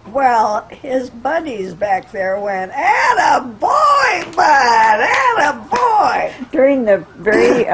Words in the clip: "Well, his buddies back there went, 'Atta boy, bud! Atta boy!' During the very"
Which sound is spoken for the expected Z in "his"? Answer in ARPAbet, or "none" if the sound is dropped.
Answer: Z